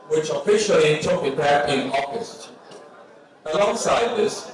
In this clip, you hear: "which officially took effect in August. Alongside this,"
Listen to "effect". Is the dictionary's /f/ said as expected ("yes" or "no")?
no